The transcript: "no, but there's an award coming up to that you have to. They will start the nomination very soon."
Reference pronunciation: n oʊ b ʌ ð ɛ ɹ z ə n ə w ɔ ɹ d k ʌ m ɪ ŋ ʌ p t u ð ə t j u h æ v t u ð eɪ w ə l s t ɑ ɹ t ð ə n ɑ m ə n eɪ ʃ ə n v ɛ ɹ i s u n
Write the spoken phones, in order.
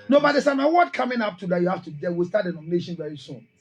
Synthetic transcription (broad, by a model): n oʊ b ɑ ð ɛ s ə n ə w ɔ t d k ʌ m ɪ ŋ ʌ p t u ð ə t j u h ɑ f t u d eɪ w ə l s t ɑ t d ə n ɑ m ə n eɪ ʃ ə n v ɛ ɹ i s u n